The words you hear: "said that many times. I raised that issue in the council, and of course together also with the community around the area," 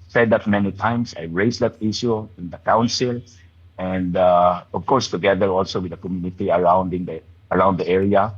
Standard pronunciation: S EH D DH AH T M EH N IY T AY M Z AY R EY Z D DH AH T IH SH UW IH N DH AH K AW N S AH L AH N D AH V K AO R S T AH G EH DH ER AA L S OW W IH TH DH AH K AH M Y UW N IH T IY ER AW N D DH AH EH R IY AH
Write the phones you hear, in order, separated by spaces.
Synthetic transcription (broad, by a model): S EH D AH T M EH N IY T AY M S AY R EY S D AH T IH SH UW IH N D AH K AW N S AH L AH N D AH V K AO R S T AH G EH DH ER AA L S OW W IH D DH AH K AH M Y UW N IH T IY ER AW N D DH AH EH R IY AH